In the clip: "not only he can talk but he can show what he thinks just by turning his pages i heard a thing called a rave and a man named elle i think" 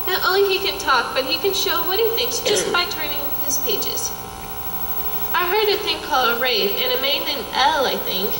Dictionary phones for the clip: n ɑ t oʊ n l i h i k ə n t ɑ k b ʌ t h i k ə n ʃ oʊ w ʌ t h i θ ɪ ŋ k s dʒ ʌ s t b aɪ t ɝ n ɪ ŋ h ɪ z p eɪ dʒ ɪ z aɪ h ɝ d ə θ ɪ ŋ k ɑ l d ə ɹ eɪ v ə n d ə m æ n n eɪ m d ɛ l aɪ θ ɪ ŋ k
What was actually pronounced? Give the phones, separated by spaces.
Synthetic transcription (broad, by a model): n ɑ t oʊ n l i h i k ə n t ɑ k b ʌ t h i k ə n ʃ oʊ w ʌ t h i θ ɪ ŋ k s dʒ ʌ s t b aɪ t ɝ n ɪ ŋ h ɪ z p eɪ dʒ ɪ z aɪ h ɝ d ə θ ɪ ŋ k ɑ l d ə ɹ eɪ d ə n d ə m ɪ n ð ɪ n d ɛ l aɪ θ ɪ ŋ k